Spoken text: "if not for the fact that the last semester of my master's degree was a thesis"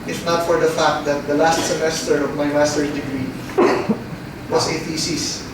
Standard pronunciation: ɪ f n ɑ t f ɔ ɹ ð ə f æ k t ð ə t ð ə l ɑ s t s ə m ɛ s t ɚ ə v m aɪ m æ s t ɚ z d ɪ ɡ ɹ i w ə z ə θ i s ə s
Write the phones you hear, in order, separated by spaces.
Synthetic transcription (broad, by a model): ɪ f n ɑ t f ɔ ɹ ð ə f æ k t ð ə t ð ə l ɑ s t s ə m ɛ s t ɚ ə v m aɪ m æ s t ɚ d ɪ ɡ ɹ i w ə s ə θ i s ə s